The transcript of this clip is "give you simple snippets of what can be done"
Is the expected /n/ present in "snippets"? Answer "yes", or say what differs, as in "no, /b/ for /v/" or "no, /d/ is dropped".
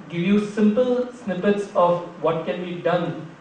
yes